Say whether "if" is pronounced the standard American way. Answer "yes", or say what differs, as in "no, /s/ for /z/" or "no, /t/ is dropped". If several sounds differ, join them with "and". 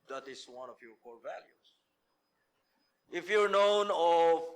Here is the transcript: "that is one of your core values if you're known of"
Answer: yes